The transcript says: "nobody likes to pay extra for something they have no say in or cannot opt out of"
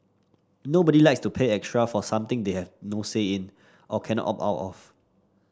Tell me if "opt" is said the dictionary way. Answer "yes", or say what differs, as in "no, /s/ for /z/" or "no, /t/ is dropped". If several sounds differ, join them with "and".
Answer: no, /t/ is dropped